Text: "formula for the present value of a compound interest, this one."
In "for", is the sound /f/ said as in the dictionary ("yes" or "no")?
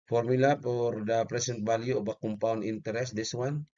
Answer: no